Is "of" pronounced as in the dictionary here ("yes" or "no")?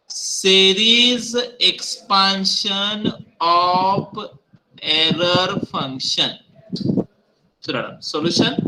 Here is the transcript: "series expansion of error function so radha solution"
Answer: no